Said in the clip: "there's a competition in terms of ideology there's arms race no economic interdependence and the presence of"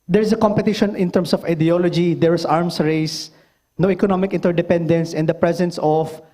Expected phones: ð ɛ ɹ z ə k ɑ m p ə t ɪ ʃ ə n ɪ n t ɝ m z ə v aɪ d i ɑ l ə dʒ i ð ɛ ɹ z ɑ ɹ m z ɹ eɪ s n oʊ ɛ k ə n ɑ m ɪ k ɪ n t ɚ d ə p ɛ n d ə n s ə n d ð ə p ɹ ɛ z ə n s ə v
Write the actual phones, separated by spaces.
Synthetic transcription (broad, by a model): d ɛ ɹ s ə k ɑ m p ə t ɪ ʃ ə n ɪ n t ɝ m s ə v aɪ d i ɑ l ə dʒ i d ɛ ɹ s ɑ ɹ m s ɹ eɪ s n oʊ ɛ k ə n ɑ m ɪ k ɪ n t ɚ d ə p ɛ n d ə n s ə n d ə p ɹ ɛ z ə n s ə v